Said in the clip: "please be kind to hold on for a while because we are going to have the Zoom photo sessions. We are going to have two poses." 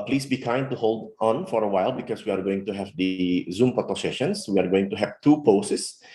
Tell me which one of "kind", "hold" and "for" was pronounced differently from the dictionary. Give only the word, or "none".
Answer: none